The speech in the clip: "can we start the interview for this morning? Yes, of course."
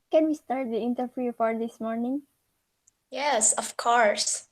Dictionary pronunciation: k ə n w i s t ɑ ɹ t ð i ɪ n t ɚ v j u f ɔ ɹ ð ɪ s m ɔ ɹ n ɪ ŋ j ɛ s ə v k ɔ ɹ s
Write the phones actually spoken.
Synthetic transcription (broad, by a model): k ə n w i s t ɑ ɹ t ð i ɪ n t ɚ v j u f ɔ ɹ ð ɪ s m ɔ ɹ n ɪ ŋ j ɛ s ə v k ɔ ɹ s